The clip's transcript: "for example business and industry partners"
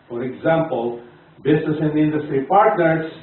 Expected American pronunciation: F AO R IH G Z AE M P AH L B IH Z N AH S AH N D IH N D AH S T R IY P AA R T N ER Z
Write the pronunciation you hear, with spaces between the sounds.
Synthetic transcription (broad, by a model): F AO R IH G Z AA M P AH L B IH S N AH S AH N D IH N D AH S T R IY P AA R T N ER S